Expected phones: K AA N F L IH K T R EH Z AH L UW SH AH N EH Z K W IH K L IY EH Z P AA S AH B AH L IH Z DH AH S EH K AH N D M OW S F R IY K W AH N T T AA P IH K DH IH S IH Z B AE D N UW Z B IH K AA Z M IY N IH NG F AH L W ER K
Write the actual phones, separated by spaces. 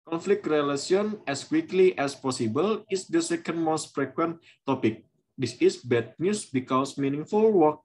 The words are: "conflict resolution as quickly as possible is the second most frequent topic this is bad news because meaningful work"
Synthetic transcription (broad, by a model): K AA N F L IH K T R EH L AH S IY AH N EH S K W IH K L IY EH S P AA S AH B AH L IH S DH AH S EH K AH N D M OW S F R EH K W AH N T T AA P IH K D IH S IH S B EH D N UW S B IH K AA S M IY N IH NG F AH L W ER K